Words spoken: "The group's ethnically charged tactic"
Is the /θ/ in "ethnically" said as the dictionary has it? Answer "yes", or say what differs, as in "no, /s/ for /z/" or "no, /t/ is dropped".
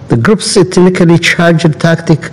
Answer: no, /t/ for /θ/